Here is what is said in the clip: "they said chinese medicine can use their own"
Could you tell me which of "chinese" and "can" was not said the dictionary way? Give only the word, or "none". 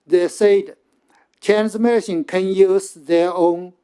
chinese